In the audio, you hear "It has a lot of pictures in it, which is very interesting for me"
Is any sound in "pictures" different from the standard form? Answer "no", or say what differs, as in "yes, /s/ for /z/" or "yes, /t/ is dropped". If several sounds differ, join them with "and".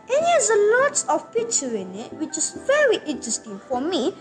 yes, /z/ is dropped